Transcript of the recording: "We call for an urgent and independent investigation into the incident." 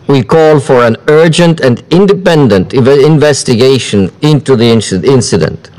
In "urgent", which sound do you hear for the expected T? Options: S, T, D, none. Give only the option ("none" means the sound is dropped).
T